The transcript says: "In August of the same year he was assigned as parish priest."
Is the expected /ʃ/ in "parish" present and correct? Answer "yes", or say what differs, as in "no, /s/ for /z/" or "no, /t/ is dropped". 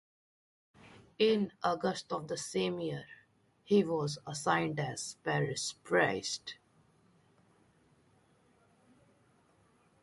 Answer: no, /s/ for /ʃ/